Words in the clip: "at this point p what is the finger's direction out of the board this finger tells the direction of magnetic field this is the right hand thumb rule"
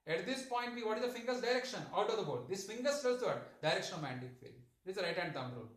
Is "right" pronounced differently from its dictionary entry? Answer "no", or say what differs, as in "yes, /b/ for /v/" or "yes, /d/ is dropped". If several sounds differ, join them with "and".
no